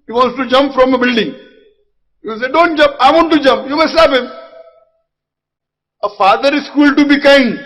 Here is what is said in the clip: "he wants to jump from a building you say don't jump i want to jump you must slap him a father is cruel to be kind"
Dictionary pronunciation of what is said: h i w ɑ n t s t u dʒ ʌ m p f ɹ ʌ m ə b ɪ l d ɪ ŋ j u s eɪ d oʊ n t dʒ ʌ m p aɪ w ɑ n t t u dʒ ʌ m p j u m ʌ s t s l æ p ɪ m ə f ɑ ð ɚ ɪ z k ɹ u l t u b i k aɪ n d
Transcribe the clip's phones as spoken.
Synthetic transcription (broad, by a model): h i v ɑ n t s t u dʒ ʌ m p f ɹ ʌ m ə b ɪ l d ɪ ŋ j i s eɪ d oʊ n t dʒ ʌ m p aɪ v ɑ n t t u dʒ ʌ m p j u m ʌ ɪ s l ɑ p ɪ m ə f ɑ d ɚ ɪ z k u l t u b i k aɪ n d